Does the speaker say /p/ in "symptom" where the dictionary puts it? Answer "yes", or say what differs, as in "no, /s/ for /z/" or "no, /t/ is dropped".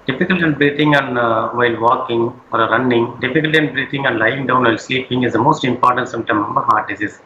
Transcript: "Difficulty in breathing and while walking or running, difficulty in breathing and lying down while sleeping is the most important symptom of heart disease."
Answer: no, /p/ is dropped